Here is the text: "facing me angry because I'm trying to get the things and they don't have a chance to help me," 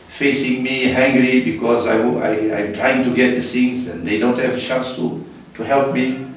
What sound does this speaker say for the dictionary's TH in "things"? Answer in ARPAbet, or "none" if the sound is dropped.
S